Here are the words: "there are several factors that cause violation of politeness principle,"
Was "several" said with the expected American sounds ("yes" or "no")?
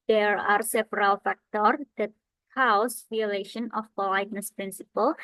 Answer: no